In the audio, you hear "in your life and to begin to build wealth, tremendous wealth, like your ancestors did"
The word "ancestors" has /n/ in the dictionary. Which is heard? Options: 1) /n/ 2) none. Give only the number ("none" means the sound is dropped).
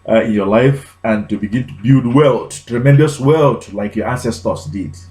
2